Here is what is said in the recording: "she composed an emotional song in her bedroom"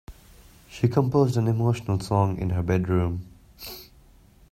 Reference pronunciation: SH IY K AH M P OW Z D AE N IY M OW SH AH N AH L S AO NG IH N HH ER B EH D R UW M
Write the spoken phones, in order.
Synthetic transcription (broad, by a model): SH IY K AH M P OW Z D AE N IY M OW SH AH N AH L S AO NG IH N HH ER B EH D R UW M